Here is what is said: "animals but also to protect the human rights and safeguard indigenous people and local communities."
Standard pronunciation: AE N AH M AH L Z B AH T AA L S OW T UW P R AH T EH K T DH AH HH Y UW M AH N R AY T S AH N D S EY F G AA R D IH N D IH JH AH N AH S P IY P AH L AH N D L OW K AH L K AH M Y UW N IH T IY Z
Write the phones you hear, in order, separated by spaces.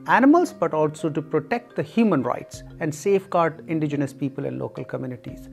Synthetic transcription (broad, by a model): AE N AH M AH L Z B AH T AA L S OW T UW P R AH T EH K T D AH HH Y UW M AH N R AY T S AH N D S EY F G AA R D IH N D IH JH AH N AH S P IY P AH L AH N D L OW K AH L K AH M Y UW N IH T IY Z